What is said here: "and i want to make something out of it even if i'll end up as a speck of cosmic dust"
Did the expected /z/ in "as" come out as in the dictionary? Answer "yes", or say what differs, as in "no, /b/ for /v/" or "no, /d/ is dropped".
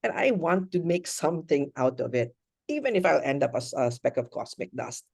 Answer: no, /s/ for /z/